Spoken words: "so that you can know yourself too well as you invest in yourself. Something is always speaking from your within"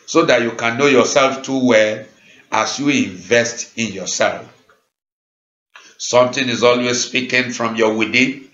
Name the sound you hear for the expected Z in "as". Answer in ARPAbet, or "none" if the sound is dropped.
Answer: S